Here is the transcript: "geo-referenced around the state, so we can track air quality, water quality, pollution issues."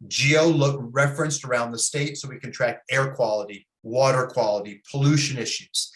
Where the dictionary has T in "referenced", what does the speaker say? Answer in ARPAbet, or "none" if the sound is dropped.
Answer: T